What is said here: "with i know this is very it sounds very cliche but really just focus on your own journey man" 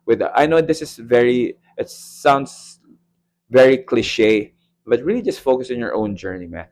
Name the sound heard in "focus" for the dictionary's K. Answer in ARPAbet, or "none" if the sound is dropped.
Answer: K